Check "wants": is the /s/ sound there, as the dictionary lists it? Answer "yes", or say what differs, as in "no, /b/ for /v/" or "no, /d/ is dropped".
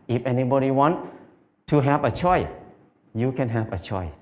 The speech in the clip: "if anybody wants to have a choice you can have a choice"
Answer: no, /s/ is dropped